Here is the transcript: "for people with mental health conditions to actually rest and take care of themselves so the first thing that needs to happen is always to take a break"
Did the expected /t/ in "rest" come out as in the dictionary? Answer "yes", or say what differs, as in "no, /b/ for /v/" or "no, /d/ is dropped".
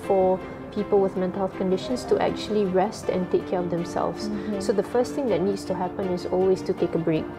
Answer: yes